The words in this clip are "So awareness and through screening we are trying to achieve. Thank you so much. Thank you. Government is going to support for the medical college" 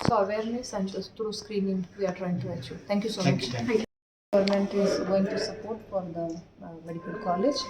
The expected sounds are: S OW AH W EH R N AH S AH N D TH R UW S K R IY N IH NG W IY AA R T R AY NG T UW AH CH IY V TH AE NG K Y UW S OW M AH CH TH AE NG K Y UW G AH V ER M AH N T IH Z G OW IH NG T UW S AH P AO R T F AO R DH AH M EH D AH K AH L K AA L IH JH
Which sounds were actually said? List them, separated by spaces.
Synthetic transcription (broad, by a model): S OW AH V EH R N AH S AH N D T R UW S K R IY N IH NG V IY AA R T R AY NG T UW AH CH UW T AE NG K Y UW S OW M AH CH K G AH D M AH N T IH Z G OW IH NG T UW S AH P AO R T F AO R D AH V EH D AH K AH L K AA L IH JH